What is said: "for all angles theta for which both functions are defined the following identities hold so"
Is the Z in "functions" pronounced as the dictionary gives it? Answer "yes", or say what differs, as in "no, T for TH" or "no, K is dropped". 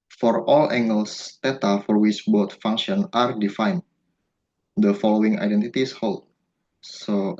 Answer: no, Z is dropped